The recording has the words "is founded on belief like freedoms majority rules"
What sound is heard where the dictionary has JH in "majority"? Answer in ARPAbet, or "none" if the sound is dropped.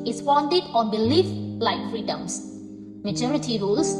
CH